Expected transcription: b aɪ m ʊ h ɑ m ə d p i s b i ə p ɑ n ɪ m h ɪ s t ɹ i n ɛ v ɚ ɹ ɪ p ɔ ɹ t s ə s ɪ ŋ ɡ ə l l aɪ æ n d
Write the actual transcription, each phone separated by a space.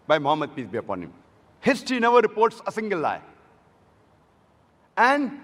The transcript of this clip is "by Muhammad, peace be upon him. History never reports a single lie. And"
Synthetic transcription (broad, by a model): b aɪ m ʊ h ɑ m ə d p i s b i ə p ɑ n ɪ m h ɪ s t i n ɛ v ɚ ɹ ɪ p ɔ ɹ t s ə s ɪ ŋ ɡ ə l l aɪ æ n d